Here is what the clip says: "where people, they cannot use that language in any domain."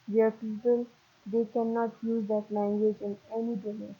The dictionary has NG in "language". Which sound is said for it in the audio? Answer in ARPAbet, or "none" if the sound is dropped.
NG